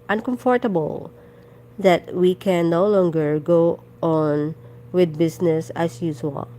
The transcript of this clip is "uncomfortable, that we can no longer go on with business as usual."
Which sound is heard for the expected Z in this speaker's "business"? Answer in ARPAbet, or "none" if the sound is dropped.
S